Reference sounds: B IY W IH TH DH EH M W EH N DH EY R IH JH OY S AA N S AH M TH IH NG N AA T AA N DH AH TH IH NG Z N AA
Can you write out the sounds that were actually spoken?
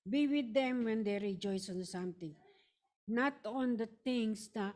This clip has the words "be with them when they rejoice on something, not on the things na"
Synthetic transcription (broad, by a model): B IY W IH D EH M W EH N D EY R IH JH OY S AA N S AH M T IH NG N AA T AA N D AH T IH NG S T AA